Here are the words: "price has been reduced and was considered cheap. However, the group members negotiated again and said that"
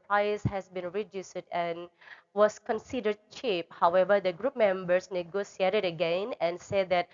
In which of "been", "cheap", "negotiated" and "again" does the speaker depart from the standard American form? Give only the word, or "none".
negotiated